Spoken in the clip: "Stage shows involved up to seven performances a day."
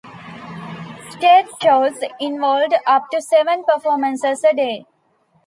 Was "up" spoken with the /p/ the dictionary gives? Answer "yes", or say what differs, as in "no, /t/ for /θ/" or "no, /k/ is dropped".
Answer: yes